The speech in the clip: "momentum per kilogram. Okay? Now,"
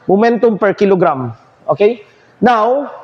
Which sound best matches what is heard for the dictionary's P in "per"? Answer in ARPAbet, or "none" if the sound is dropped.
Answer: P